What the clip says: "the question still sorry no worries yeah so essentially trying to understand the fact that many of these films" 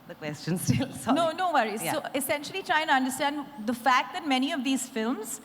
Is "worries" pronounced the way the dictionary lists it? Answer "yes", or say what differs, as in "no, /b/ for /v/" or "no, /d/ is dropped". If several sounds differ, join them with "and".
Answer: no, /z/ is dropped